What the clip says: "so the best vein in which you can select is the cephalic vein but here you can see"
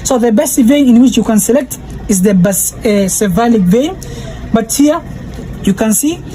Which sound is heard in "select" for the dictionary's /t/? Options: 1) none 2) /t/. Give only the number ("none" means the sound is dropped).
2